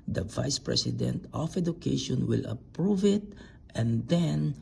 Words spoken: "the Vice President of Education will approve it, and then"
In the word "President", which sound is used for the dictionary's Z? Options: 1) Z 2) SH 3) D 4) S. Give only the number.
4